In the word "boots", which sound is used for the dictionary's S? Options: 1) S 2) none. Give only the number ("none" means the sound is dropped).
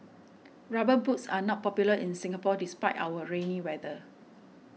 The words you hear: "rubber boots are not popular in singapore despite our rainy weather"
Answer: 1